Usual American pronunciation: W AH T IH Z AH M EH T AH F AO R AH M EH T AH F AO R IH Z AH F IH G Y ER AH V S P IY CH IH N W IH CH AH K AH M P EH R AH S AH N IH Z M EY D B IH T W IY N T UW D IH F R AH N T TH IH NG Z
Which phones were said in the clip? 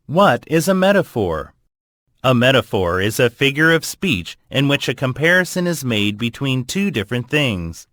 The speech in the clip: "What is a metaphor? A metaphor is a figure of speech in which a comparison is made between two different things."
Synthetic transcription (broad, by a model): W AH T IH Z AH M EH T AH F AO R AH M EH T AH F AO R IH Z AH F IH G Y ER AH V S P IY CH IH N W IH CH AH K AH M P EH R AH S AH N IH Z M EY D B IH T W IY N T UW D IH F R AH N TH IH NG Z